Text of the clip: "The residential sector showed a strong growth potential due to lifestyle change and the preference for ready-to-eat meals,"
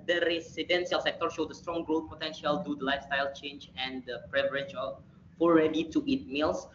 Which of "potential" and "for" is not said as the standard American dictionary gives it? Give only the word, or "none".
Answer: for